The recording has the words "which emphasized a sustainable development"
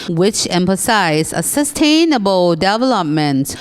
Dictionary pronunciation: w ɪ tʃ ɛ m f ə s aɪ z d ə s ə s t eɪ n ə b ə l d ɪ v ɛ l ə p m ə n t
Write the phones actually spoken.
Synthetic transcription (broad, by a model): w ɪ tʃ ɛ m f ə s aɪ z ə s ə s t eɪ n ə b ə l d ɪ v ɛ l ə p m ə n t